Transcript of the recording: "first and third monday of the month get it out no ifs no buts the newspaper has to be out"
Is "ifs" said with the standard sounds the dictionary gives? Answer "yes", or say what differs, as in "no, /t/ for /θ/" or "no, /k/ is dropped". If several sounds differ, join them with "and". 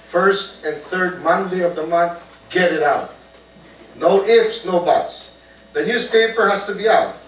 yes